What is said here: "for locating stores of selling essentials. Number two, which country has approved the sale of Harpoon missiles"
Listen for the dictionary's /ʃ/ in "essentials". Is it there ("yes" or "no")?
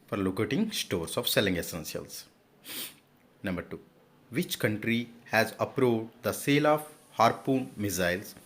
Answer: no